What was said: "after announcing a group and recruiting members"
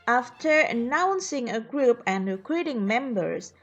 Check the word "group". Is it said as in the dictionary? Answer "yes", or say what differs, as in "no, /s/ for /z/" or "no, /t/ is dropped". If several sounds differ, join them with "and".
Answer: yes